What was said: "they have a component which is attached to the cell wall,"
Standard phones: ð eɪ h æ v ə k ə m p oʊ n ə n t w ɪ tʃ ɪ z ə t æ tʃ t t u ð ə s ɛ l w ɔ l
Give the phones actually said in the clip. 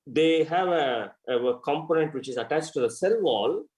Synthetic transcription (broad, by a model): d eɪ h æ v ə k ə m p oʊ n ə n t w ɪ tʃ ɪ z ə t æ tʃ t t u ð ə s ɛ l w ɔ l